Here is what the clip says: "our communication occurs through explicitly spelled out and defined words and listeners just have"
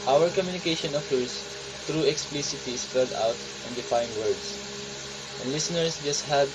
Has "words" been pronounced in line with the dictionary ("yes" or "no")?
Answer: no